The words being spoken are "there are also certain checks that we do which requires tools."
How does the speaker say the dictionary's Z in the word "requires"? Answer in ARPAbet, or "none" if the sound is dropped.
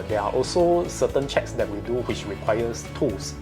S